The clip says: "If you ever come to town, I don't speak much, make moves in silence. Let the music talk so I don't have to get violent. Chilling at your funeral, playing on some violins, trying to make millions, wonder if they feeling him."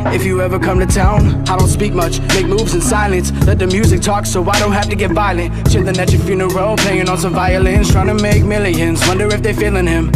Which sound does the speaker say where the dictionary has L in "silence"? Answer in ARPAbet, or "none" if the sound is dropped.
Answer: L